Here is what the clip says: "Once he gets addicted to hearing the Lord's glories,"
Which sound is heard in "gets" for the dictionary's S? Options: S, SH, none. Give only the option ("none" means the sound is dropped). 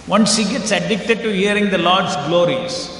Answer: S